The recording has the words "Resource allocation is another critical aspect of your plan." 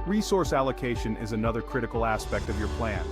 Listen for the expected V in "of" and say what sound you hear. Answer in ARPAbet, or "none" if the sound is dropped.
V